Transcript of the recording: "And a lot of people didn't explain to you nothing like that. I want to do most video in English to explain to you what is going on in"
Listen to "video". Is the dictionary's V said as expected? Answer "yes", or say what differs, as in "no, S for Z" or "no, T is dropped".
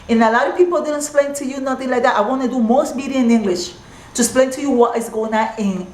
no, B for V